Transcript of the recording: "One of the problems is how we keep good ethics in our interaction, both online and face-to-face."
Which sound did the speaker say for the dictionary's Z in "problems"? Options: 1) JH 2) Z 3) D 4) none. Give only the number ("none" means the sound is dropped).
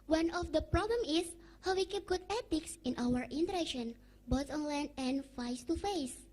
4